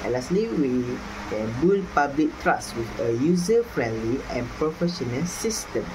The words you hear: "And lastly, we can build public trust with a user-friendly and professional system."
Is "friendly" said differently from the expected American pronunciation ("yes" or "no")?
no